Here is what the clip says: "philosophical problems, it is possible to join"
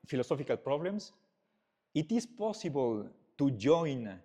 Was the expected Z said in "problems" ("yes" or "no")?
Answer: no